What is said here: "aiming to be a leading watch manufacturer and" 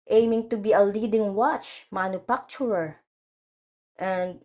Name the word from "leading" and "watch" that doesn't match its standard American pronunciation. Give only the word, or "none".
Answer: none